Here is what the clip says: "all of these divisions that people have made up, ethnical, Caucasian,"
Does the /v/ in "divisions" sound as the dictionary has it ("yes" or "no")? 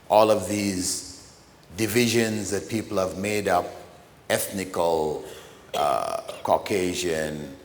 yes